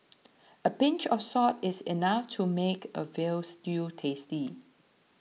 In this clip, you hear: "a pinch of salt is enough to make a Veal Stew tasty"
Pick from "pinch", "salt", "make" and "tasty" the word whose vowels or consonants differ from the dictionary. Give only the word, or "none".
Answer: salt